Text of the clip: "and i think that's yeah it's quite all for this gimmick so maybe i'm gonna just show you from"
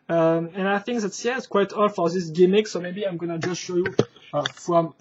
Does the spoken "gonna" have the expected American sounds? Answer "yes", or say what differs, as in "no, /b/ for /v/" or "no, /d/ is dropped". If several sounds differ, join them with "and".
yes